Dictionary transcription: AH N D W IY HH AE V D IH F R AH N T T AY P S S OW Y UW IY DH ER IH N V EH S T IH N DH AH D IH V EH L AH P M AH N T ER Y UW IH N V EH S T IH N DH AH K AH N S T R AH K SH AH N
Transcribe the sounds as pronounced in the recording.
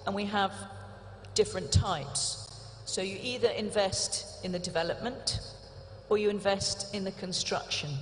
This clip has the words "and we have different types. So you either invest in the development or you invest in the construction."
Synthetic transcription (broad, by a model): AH N W IY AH V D IH F R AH N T T AY P S S OW Y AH IY DH ER IH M V EH S T IH N DH AH D IH V EH L AH P M AH N T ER Y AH IH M V EH S T IH N DH AH K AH N S T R AH K SH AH N